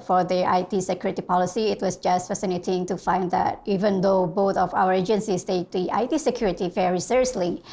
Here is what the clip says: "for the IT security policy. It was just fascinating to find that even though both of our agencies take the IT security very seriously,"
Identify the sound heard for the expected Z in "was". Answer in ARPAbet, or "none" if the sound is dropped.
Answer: S